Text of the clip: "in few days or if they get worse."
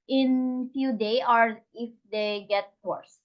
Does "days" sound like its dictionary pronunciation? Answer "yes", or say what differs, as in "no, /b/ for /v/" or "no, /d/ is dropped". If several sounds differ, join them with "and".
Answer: no, /z/ is dropped